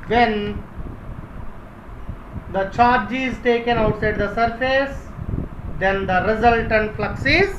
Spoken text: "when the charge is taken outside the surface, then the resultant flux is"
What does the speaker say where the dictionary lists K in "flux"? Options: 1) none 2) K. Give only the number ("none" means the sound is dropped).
2